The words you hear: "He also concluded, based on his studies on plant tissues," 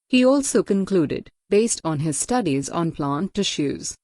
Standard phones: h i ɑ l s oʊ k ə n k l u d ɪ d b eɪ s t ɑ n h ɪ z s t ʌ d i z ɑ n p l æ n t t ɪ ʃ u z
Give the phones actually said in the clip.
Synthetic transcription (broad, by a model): h i ɑ l s oʊ k ə n k l u d ɪ d b eɪ s t ɑ n h ɪ z s t ʌ d i z ɑ n p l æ n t t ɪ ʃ u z